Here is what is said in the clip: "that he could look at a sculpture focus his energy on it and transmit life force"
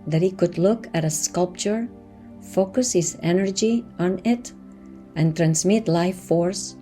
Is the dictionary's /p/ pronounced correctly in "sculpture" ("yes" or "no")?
yes